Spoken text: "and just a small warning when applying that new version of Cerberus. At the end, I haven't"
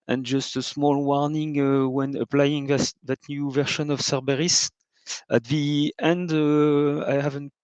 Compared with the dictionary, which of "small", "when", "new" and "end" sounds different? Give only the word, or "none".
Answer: none